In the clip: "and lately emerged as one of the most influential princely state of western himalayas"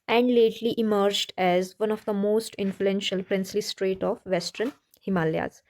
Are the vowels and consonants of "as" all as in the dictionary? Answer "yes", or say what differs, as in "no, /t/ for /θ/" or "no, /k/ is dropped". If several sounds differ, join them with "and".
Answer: yes